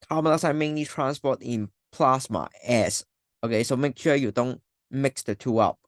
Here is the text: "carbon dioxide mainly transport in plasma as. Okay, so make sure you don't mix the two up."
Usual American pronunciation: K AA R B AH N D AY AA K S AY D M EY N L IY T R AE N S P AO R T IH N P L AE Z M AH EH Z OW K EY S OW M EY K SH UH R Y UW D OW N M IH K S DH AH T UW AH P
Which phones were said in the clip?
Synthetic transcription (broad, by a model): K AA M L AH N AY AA S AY M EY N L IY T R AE N S P AO T IH N P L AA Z M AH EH S OW K EY S OW M EY K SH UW Y UW D OW N M IH K S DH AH T UW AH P